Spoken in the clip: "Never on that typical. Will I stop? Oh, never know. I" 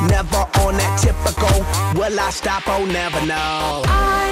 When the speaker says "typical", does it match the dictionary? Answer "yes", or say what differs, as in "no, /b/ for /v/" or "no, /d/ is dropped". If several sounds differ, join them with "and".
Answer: yes